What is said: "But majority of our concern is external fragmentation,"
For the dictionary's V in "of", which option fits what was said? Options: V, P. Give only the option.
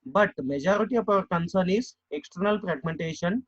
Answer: P